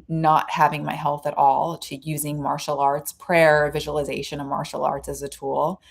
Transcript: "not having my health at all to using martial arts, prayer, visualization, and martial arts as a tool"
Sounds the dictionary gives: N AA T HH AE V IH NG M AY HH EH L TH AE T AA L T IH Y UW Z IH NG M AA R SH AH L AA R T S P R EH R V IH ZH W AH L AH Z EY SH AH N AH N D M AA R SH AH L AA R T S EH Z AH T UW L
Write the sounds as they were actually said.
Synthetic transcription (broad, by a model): N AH T HH AE V IH NG M AY HH EH L TH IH T AA L T IH Y UW Z IH NG M AA R SH L AA R T S P R EH R V IH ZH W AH L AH Z EY SH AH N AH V M AA R SH L AA R T S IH Z AH T UW L